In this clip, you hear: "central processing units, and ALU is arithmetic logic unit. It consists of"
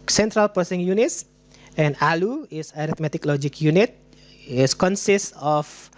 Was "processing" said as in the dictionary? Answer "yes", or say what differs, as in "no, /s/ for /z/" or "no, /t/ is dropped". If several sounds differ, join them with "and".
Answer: no, /ɹ/ is dropped